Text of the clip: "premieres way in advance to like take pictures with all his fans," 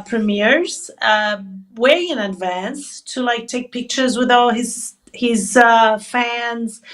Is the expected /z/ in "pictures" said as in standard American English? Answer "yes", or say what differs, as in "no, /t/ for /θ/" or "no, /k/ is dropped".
yes